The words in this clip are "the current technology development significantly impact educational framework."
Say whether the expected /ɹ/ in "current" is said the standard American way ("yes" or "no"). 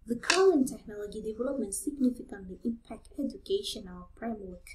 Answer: no